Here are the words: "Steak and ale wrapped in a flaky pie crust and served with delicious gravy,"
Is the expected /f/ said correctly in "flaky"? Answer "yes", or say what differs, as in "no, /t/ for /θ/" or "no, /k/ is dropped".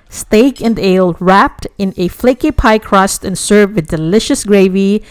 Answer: yes